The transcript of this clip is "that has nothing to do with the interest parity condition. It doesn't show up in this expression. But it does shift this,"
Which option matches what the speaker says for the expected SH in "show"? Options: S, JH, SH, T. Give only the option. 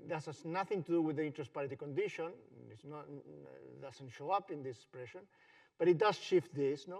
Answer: SH